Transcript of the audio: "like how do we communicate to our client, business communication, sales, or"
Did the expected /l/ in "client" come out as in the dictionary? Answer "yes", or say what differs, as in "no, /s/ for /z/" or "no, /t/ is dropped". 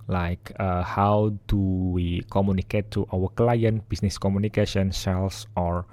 yes